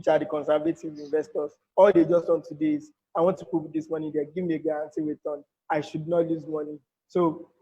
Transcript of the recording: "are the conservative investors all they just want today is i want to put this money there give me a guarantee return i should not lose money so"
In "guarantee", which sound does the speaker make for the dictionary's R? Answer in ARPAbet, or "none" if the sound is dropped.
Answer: none